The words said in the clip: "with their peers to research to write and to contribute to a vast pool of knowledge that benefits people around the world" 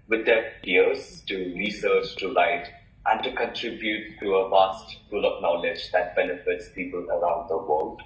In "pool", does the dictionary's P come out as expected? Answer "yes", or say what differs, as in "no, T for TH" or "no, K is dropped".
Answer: no, F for P